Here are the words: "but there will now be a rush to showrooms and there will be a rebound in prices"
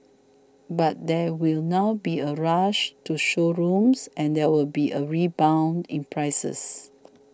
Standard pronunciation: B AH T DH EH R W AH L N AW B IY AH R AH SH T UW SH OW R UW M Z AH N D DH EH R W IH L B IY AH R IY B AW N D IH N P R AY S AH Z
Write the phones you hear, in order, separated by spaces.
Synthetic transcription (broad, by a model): B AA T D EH W AH L N AW B IY AH R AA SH T UW SH OW R UW M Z AH N D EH W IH L B IY AH R IY B AW N D IH N P R AY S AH S